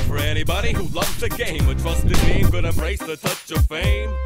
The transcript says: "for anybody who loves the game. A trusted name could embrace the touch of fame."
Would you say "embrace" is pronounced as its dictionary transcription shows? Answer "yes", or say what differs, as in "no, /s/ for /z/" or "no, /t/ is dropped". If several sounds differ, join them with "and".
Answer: no, /m/ is dropped